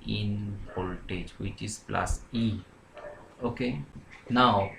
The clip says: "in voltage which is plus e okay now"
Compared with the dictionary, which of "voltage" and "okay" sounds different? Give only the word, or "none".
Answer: voltage